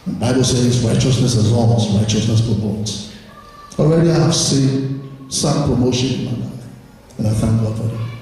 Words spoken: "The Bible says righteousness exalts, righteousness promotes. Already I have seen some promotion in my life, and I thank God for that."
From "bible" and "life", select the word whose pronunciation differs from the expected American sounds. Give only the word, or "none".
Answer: life